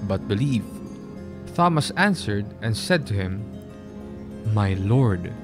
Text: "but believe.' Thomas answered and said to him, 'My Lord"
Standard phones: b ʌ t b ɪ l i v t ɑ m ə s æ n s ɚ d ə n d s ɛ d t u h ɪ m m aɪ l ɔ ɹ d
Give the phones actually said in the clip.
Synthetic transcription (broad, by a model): b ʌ t b ɪ l i v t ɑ m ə s æ n s ɚ d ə n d s ɛ d t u h ɪ m m aɪ l ɔ ɹ d